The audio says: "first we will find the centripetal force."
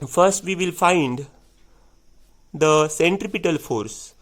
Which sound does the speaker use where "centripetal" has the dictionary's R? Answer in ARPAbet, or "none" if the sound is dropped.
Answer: R